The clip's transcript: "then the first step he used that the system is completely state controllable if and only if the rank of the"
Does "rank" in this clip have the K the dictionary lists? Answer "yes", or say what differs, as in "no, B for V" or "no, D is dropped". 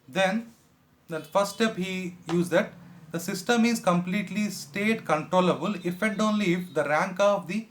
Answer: yes